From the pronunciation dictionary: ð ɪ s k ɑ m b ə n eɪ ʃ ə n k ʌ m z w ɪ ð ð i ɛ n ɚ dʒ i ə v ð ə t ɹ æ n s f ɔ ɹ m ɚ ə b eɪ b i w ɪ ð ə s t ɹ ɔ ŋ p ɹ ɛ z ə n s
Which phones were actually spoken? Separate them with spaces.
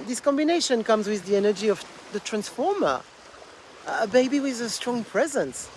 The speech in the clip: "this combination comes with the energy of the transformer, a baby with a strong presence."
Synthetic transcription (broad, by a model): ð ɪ s k ɑ m b ə n eɪ ʃ ə n k ʌ m z w ɪ ð ð i ɛ n ɚ dʒ i ə v ð ə t ɹ æ n s f ɔ ɹ m ɚ ə b eɪ b i w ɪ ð ə s t ɹ ɔ ŋ p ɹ ɛ z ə n s